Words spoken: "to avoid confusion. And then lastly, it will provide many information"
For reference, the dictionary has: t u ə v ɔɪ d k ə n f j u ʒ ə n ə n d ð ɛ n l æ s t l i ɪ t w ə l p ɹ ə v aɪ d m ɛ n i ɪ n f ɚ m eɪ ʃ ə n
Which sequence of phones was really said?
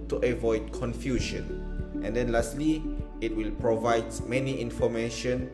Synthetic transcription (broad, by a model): t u ə v ɔɪ d k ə n f j u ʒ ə n ə n d ɛ n l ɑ s t l i ɪ t w ə l p ɹ ə v aɪ d m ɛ n i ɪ n f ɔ m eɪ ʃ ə n